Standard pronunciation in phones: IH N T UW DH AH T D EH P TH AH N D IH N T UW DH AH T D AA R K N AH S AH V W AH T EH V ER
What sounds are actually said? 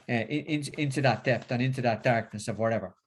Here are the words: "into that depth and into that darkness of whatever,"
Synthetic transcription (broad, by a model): IH N T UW DH AH T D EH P T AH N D IH N T UW DH AH T D AA R K N AH S AH V W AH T EH V ER